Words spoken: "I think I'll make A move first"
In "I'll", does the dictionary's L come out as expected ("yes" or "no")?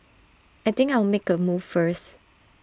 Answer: no